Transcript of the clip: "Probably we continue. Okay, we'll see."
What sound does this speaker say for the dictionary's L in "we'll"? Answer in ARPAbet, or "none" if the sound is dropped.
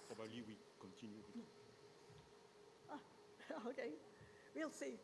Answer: L